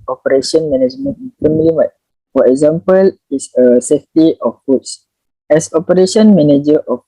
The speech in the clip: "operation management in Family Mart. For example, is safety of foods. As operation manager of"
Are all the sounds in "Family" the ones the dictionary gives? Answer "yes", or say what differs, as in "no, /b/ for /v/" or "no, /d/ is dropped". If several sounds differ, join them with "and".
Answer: no, /p/ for /f/